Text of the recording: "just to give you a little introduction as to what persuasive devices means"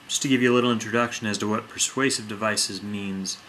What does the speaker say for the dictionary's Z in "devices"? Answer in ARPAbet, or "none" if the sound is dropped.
Z